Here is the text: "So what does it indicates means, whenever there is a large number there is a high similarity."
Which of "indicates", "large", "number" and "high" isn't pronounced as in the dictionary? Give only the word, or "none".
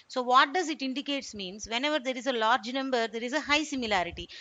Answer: none